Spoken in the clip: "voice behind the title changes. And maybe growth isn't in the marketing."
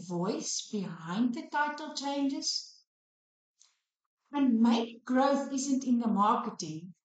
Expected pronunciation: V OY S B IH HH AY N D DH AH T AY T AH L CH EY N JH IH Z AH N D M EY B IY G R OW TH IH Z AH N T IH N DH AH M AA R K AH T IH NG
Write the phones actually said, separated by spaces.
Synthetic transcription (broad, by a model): V OY S B IH HH AY N D DH AH T AY T AH L CH EY N JH IH Z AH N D M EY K G R OW TH IH Z AH N T IH N DH AH M AA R K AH T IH NG